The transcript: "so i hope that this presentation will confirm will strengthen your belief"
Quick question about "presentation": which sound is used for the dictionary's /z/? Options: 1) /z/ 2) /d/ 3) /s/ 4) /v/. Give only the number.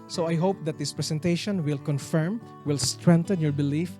3